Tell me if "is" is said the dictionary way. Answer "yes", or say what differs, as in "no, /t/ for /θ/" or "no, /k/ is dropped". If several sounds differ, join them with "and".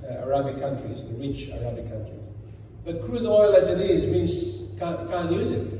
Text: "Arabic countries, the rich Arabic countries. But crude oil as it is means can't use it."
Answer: yes